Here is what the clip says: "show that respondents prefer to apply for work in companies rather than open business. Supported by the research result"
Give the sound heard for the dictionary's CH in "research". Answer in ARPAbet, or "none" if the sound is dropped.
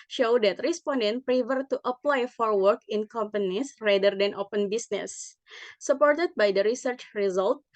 CH